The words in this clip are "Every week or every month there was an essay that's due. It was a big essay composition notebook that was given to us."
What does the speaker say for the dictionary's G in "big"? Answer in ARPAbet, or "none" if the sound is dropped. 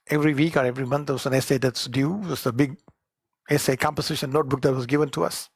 G